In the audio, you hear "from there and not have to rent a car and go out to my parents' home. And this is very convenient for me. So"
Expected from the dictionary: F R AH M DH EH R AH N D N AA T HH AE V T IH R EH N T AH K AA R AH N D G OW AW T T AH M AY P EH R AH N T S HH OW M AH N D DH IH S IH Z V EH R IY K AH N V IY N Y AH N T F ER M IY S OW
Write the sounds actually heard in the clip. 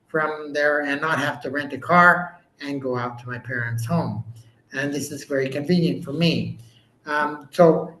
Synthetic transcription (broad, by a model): F R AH M DH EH R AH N N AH T HH AE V T IH R EH N T AH K AA R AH N G OW AW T T AH M AY P EH R AH N T S HH OW M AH N DH IH S IH Z V EH R IY K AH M V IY N Y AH N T F ER M IY S OW